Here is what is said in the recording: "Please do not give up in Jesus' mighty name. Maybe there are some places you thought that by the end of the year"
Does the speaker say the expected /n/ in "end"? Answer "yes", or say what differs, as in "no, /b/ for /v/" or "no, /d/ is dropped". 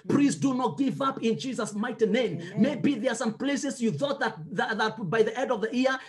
no, /n/ is dropped